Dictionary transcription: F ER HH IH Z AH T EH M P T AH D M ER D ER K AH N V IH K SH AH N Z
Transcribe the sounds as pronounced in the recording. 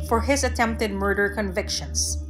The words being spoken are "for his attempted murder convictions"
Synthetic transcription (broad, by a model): F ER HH IH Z AH T EH M P T AH D M ER D ER K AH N V IH K SH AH N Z